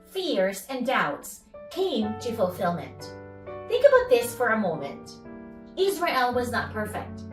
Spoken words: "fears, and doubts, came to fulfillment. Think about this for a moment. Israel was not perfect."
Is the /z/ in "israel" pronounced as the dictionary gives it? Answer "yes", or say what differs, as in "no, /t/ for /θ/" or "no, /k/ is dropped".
yes